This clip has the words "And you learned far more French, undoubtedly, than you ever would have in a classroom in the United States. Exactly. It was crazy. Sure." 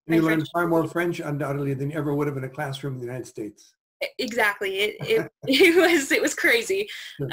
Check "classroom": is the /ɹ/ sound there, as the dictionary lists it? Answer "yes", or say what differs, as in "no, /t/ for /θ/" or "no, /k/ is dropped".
yes